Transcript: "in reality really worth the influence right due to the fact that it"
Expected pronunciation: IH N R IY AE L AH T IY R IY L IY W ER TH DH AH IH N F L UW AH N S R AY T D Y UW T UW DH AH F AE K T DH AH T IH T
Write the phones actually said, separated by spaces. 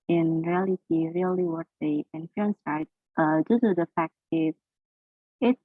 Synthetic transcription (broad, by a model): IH N R IY AE L AH T IY R IY L IY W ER T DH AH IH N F UW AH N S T T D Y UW T UW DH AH F AE K T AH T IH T